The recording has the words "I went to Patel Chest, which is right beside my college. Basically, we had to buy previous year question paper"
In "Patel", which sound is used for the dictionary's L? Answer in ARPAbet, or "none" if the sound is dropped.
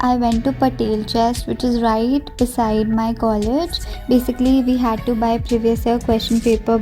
L